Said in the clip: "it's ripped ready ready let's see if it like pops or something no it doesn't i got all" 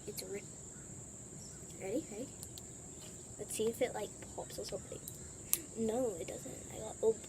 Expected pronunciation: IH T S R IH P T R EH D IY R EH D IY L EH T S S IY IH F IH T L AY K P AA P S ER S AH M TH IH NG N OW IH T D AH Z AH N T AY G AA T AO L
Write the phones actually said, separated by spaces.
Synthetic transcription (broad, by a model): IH T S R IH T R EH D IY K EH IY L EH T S S IY IH F IH T L AY K P AA P S ER S AH M TH IH NG N OW IH T D AH Z AH N T AY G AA AO